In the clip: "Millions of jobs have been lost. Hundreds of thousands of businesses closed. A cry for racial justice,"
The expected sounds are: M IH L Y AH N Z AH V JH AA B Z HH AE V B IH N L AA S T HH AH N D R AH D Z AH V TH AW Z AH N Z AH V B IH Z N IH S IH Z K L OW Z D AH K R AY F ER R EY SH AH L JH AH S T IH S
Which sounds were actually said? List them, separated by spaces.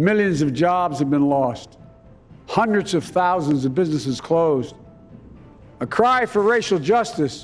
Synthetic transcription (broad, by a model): M IH L Y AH N Z AH V JH AA B Z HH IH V B IH N L AA S T HH AH N D R AH D Z AH V TH AW Z AH N Z AH V B IH Z N IH S IH Z K L OW Z D AH K R AY F ER R EY SH L JH AH S T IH S